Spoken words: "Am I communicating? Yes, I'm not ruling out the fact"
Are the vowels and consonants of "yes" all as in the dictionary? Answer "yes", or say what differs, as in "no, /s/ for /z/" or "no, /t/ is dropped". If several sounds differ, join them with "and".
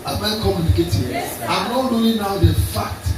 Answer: no, /s/ is dropped